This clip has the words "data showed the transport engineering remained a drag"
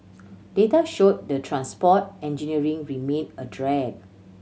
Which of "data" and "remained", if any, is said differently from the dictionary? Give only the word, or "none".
remained